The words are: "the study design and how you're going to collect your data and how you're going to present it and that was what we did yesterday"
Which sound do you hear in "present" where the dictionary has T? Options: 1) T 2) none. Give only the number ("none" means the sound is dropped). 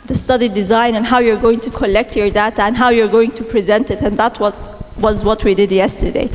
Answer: 1